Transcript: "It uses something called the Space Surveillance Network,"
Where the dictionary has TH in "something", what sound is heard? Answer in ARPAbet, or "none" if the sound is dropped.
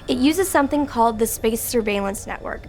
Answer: TH